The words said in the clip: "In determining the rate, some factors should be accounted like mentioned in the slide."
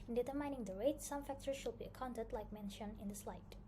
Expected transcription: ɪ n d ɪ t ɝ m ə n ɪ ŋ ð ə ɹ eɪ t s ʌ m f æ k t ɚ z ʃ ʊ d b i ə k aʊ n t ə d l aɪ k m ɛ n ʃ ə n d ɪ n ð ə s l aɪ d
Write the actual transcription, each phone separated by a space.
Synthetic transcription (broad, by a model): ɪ n d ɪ t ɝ m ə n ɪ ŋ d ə ɹ eɪ t s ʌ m f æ k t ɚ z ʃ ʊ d b i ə k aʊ n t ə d l aɪ k m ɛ n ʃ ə n ɪ n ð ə s l aɪ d